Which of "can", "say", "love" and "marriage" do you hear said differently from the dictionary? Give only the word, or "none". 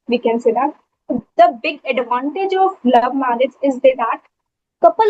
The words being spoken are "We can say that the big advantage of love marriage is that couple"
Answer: marriage